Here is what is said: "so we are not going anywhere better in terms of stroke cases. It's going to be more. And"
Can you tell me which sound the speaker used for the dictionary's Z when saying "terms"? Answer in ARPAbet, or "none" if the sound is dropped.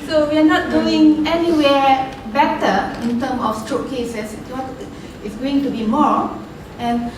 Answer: none